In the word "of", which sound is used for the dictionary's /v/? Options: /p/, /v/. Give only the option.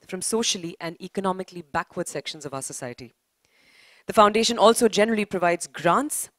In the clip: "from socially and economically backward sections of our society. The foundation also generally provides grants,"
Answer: /v/